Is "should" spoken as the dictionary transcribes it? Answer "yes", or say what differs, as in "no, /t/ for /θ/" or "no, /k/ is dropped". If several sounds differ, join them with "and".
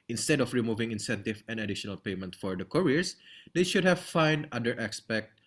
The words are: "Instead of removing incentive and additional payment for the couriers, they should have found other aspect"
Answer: yes